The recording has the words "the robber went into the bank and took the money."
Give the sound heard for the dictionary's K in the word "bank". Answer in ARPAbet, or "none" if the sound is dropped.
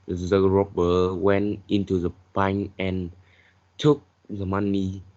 none